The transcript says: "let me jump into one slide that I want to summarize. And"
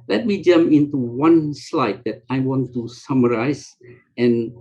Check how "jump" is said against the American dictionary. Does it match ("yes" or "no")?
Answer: no